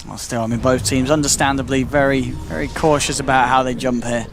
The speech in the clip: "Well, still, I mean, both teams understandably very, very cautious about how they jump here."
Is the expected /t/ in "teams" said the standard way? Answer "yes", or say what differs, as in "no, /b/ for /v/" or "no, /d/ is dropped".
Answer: yes